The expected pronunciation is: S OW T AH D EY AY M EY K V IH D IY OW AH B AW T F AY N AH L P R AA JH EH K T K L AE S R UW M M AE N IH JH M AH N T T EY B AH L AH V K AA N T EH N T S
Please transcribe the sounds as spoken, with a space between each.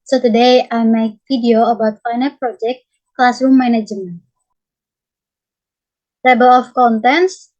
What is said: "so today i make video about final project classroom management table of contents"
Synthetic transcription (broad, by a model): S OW T AH D EY AY M EY K F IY D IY OW AH B AW T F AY N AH P R AA JH EH K T K L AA S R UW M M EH N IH JH AH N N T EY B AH L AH F K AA N T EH N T S